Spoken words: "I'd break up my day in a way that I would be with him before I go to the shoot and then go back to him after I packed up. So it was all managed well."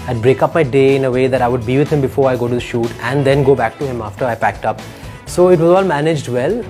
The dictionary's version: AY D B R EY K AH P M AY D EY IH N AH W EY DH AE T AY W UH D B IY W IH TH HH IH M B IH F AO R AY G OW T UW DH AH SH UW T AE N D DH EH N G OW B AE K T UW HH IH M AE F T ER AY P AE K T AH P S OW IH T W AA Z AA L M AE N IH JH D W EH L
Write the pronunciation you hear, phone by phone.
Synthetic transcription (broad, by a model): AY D B R EY K AH P M AY D EY IH N AH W EY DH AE T AY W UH D B IY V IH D HH IH M B IH F AO R AY G OW T UW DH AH SH UW T AE N D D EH N G OW B AE K T UW HH IH M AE F T ER AY P AE K T AH P S OW IH T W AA Z AA L M AE N IH JH D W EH L